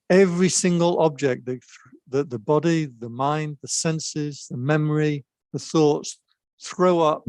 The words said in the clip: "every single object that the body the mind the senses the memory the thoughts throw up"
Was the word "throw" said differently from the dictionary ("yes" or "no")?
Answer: no